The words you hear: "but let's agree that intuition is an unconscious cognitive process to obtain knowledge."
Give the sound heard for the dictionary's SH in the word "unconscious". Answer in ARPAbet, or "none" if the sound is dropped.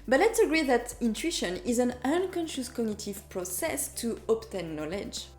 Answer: SH